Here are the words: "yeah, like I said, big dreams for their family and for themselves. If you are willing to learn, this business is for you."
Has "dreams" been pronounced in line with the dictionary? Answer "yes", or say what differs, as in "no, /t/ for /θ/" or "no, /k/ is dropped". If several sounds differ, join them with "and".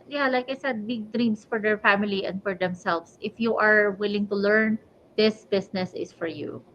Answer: no, /s/ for /z/